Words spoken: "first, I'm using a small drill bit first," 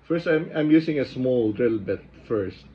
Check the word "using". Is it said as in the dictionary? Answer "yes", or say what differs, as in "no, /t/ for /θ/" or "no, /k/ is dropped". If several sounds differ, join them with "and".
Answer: no, /s/ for /z/